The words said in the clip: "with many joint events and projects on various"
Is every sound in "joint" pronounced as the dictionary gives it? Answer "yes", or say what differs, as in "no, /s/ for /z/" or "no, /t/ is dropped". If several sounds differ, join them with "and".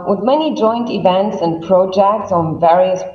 yes